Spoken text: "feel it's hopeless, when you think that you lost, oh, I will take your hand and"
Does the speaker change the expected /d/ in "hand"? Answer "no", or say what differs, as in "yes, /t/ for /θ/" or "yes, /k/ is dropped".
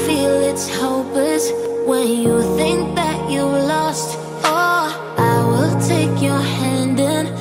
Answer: no